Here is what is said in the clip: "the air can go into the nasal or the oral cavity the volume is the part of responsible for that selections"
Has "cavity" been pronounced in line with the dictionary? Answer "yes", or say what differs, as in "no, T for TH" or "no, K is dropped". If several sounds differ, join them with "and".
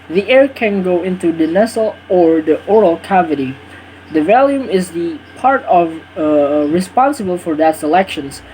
yes